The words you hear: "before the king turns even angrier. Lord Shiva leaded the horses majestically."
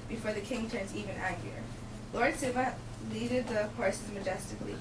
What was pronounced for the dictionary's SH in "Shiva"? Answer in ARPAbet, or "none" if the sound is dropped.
S